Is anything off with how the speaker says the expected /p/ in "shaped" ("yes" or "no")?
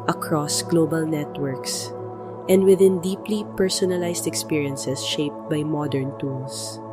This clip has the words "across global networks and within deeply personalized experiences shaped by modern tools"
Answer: no